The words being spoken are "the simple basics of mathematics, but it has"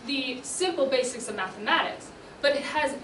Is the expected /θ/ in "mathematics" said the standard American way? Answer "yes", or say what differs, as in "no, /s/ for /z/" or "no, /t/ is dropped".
yes